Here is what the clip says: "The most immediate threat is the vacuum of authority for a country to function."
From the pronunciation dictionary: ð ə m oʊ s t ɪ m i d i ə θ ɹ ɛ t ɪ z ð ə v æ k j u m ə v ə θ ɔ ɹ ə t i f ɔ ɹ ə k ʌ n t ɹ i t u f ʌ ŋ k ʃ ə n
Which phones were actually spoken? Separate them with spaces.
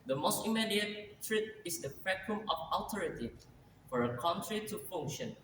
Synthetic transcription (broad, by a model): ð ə m oʊ s t ɪ m i d i ə t ɹ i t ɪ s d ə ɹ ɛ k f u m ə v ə t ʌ ɹ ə t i f ɔ ɹ ə k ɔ n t ɹ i t u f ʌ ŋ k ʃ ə n